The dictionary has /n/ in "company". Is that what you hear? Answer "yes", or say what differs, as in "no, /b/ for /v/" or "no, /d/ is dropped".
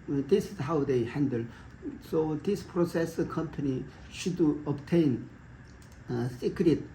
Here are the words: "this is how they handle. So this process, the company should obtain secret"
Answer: yes